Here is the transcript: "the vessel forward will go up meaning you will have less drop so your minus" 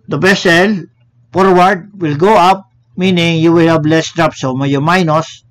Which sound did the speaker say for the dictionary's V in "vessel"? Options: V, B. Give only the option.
B